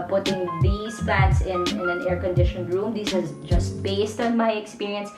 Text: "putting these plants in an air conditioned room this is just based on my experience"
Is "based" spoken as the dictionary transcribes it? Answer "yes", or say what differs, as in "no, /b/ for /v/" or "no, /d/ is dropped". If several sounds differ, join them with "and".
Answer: yes